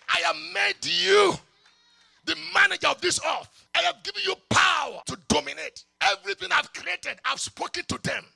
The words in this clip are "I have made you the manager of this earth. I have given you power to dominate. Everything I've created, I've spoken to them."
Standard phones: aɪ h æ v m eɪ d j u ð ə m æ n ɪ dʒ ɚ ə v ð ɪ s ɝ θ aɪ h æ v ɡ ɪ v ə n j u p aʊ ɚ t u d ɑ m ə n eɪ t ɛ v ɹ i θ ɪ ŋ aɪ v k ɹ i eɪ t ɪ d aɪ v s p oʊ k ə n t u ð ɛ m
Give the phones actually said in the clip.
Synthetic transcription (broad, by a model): aɪ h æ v m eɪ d j u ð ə m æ n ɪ dʒ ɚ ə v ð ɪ s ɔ f aɪ h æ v ɡ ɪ v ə n j u p aʊ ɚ t u d ɑ m ə n eɪ t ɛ v ɹ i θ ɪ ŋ aɪ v k ɹ i eɪ t ɪ d aɪ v s p oʊ k ə n t u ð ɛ m